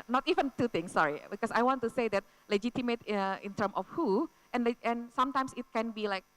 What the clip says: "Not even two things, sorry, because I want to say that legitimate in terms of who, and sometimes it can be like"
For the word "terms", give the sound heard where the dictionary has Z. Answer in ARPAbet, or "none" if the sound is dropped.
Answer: none